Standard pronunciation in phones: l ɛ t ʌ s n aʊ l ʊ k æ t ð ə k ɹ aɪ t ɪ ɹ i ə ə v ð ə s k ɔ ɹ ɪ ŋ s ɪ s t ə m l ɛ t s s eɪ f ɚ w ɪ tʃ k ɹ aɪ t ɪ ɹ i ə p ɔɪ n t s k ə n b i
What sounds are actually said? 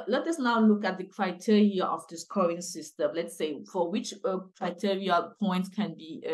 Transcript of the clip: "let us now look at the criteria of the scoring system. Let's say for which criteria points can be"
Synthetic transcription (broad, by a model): l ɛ t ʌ s n aʊ l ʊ k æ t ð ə k ɹ aɪ t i ɹ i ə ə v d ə s k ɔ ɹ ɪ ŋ s ɪ s t ə m l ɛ t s s eɪ f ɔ w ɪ tʃ k ɹ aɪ t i ɹ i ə p ɔɪ n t k ə n b i